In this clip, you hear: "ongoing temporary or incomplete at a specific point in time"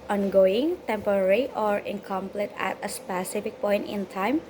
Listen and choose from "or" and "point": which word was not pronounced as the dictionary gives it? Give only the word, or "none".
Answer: none